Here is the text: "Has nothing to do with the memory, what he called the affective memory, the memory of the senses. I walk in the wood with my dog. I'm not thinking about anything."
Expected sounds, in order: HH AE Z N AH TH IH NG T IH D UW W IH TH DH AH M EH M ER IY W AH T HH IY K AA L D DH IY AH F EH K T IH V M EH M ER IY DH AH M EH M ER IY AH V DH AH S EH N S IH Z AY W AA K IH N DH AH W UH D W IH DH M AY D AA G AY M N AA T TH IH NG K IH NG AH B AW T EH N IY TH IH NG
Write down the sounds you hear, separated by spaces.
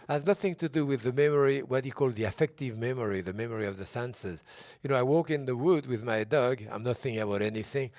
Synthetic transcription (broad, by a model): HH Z N AH TH IH NG T IH D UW W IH DH AH M EH M ER IY W AH T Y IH K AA L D DH IY AH F EH K T IH V M EH M ER IY DH AH M EH M ER IY AH V DH AH S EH N S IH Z AY W AA K IH N DH AH W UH D W IH DH M AY D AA G AY M N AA T TH IH NG K IH NG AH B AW T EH N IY TH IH NG